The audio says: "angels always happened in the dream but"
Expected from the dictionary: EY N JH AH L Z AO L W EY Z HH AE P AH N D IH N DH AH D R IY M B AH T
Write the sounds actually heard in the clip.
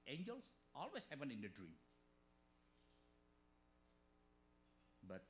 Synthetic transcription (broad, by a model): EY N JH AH L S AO L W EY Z HH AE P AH N IH N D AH D R IY M B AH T